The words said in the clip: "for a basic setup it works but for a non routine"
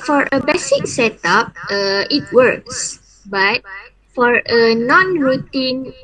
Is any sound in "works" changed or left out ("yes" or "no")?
no